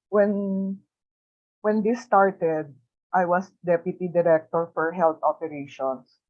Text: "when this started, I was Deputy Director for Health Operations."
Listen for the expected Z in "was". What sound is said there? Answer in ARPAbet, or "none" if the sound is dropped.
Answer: S